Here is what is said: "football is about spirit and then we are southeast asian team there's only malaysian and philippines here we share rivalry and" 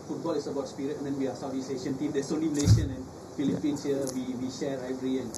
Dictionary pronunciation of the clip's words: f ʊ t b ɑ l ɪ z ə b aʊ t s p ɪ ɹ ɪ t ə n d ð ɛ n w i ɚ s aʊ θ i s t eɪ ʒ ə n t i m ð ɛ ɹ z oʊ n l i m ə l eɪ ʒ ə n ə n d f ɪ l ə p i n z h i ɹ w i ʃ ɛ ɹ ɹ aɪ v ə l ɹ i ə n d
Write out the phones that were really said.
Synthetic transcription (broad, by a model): f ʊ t b ɑ l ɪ s ə b aʊ t s p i ɹ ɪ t ə n d ɛ n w i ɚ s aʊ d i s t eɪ ʃ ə n t i m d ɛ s oʊ n l i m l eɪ ʃ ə n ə n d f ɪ l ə p i n s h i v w i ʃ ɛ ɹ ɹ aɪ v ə ɹ i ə n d